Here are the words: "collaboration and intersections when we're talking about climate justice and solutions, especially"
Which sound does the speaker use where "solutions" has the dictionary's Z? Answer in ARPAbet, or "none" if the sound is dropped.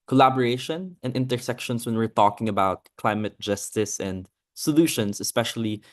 S